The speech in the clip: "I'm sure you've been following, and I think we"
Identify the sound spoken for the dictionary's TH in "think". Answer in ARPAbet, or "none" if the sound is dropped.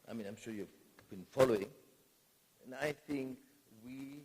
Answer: TH